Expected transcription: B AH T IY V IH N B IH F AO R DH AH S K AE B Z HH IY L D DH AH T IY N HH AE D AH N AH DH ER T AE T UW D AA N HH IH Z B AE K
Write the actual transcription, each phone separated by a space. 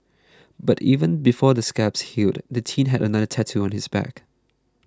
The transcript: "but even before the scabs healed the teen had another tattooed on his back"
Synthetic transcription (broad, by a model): B AH T IY V IH N B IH F AO DH AH S K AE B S HH IY L D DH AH T IY N HH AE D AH N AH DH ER T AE T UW AA N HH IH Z B AE K